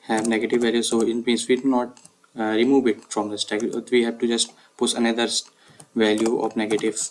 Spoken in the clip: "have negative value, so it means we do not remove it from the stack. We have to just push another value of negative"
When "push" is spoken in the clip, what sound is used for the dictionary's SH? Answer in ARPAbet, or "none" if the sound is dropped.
S